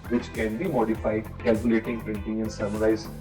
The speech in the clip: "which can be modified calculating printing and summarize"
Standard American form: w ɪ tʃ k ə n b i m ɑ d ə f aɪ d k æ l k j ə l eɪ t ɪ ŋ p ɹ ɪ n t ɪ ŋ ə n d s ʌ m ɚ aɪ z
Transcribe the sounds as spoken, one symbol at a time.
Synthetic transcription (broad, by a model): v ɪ tʃ k ə n b i m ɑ d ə f aɪ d k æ l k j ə l eɪ t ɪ ŋ p ɹ ɪ n t ɪ ŋ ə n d s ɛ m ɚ aɪ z